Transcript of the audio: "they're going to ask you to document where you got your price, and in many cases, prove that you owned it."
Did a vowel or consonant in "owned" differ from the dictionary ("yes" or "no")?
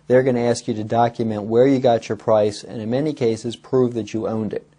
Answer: no